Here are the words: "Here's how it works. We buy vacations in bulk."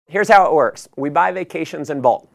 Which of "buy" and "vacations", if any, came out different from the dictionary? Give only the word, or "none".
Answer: none